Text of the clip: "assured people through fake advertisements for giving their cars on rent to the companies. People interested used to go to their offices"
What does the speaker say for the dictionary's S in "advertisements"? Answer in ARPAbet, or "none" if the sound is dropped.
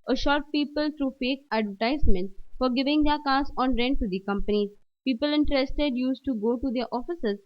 none